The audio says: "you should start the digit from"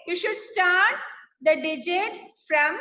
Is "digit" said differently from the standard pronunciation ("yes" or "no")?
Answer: no